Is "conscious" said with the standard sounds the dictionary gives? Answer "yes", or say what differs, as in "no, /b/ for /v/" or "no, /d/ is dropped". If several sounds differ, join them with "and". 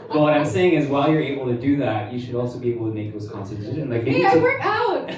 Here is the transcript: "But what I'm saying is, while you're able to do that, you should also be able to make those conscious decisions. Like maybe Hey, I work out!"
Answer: no, /s/ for /ʃ/